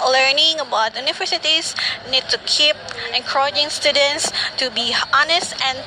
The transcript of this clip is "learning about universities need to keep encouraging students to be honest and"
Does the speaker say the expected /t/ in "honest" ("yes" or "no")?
yes